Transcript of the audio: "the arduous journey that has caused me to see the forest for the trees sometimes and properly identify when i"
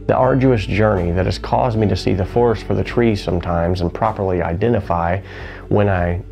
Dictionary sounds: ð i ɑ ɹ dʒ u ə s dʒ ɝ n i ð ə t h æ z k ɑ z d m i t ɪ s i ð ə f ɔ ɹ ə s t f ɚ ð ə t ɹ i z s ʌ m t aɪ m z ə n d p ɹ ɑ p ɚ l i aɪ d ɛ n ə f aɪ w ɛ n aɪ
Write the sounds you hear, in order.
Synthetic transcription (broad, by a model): ð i ɑ ɹ dʒ u ə s dʒ ɝ n i ð ə t h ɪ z k ɑ z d m i t ɪ s i ð ə f ɔ ɹ s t f ɚ ð ə t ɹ i s ʌ m t aɪ m z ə n p ɹ ɑ p ɚ l i aɪ d ɛ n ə f aɪ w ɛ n aɪ